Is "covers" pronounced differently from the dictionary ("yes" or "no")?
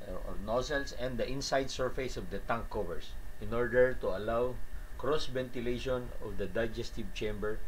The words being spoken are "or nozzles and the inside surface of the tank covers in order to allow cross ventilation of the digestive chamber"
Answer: yes